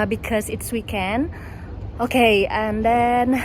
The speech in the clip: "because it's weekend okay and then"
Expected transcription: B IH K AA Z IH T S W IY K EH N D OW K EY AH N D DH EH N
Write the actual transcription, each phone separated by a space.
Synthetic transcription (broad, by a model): B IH K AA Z IH T S W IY K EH N OW K EY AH N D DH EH N